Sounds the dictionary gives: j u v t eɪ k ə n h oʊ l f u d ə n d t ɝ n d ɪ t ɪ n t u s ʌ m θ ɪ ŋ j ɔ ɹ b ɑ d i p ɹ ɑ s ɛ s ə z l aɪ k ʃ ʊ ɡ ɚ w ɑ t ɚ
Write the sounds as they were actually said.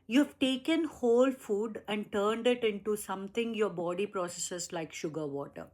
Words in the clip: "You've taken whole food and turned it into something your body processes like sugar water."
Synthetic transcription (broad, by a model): j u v t eɪ k ə n h oʊ l f u d ə n d t ɝ n d ɪ t ɪ n t u s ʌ m t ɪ ŋ j ɔ ɹ b ɑ d i p ɹ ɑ s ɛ s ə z l aɪ k ʃ ʊ ɡ ɚ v ɑ t ɚ